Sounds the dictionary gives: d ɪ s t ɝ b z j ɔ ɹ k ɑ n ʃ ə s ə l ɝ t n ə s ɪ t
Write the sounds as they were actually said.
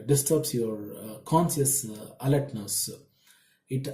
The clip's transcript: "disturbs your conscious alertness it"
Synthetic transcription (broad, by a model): d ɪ s t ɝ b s j ɔ ɹ k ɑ n s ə s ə l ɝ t n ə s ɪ t